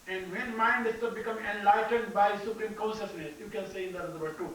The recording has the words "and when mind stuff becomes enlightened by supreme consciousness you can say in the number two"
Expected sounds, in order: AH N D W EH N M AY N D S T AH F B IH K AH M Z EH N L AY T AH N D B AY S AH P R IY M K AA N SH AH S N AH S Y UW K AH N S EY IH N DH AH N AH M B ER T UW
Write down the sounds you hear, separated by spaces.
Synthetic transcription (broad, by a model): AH N D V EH N M AY N D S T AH B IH K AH M EH N L AY T AH N D B AY S AH P R IY M K AA N SH AH S N AH S Y UW K AH N S EY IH N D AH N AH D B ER T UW